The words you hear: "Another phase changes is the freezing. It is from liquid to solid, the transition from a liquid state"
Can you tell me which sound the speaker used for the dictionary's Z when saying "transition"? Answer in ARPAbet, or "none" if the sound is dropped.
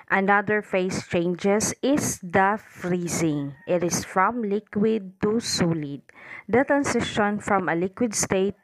S